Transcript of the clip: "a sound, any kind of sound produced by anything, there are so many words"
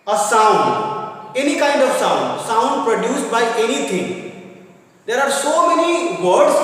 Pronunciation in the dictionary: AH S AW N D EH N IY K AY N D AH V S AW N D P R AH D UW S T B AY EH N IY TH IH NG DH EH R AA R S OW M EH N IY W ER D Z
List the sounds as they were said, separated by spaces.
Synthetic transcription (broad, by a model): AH S AW N D EH N IY K AY N D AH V S AW N D P R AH D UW S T B AY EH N IY T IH NG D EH R AA R S OW M EH N IY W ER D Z